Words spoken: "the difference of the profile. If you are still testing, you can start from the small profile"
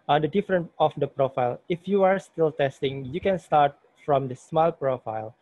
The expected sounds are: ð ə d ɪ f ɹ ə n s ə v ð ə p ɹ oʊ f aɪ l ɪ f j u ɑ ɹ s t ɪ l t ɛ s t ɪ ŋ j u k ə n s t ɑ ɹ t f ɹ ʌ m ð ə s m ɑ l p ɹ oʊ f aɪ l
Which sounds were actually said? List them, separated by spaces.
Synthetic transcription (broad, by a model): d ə d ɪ f ɹ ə n ə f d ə p ɹ oʊ f aɪ l ɪ f j u ɑ ɹ s t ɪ l t ɛ s t ɪ ŋ j u k ə n s t ɑ ɹ t f ɹ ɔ m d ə s m ɑ l p ɹ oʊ f aɪ l